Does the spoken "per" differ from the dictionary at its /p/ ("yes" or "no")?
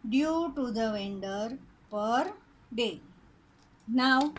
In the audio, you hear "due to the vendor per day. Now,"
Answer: no